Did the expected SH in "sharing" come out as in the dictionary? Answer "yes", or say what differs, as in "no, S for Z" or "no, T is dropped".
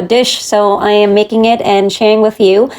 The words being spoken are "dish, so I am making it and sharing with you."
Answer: yes